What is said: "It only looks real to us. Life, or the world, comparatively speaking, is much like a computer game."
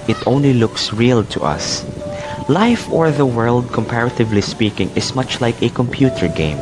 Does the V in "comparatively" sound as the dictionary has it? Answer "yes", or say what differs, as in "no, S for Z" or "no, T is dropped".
yes